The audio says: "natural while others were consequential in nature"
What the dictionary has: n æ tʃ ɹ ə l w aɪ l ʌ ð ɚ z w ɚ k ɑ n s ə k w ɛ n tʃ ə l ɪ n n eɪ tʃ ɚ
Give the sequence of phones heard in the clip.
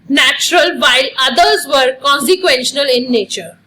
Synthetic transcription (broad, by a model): n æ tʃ ɹ ə l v aɪ l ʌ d ɚ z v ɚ k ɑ n s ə k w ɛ n ʃ ə n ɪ l n eɪ tʃ ɚ